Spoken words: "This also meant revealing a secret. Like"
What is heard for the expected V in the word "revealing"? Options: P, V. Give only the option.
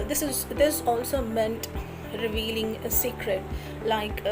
V